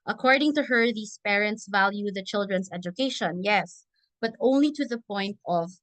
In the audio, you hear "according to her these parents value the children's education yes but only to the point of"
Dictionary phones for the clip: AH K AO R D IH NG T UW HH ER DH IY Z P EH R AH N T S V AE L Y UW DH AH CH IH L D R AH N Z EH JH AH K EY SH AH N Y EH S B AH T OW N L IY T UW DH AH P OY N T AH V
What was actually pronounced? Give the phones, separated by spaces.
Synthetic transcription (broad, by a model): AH K AO R D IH NG T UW HH ER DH IY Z P EH R AH N T S V AE L Y UW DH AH CH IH L D R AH N S EH JH AH K EY SH AH N Y EH S B AH T OW N L IY T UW DH AH P OY N T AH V